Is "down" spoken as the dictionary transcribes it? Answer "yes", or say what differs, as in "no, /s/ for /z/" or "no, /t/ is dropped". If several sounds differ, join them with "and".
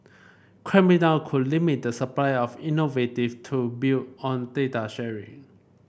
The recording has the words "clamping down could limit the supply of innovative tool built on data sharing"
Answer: no, /l/ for /n/